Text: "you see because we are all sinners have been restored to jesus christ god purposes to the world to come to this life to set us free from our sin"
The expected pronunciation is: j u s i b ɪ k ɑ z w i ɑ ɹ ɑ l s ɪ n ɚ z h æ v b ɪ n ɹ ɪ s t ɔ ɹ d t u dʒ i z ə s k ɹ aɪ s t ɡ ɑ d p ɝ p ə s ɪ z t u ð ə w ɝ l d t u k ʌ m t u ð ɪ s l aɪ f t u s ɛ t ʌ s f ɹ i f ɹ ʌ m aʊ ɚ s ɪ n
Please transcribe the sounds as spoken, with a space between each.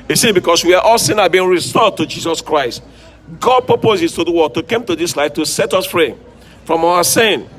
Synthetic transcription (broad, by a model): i s i b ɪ k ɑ s w i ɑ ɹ ɑ l s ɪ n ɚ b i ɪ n ɹ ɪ s t ɔ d t u dʒ i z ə s k ɹ aɪ s t ɡ ɑ d p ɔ p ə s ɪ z t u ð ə w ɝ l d t u k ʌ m t u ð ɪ s l aɪ f t u s ɛ t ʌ s f ɹ i f ɹ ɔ m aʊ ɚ s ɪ n